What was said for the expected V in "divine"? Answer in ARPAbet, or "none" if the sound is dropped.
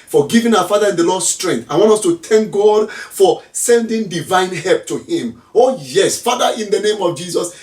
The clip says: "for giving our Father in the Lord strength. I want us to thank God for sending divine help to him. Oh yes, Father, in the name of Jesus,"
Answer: V